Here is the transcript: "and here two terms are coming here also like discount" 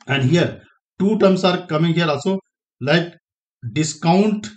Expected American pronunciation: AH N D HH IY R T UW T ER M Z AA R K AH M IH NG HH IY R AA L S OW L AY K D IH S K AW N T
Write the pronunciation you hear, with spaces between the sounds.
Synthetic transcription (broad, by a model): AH N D HH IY R T UW T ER M S AA R K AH M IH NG HH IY R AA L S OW L AY K D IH S K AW N T